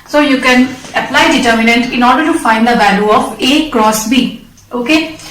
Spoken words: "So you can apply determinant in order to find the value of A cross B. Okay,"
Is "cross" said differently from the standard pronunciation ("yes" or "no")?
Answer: no